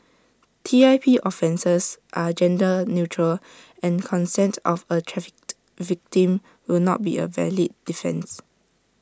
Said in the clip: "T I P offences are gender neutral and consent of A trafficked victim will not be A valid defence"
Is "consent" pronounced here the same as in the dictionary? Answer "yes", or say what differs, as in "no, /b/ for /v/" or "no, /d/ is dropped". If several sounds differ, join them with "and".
yes